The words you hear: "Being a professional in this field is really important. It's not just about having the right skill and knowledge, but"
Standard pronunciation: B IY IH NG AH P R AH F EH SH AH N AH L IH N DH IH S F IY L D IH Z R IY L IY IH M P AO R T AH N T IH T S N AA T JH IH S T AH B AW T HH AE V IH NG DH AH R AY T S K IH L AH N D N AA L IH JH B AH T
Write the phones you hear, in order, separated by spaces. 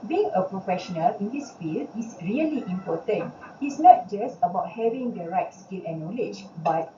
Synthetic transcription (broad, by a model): B IY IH NG AH P R AH F EH SH AH N AH L IH N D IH S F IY L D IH S R IY L IY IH M P AO T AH N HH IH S N AA T JH IH S T AH B AW T HH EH V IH NG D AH R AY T S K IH L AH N N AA L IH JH B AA T